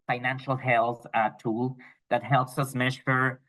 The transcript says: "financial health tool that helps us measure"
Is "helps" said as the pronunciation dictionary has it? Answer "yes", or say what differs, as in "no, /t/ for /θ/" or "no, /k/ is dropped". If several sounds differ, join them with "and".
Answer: yes